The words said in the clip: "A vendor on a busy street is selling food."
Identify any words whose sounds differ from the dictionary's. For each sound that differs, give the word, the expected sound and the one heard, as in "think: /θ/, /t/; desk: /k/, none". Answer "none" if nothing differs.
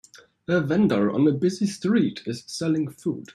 none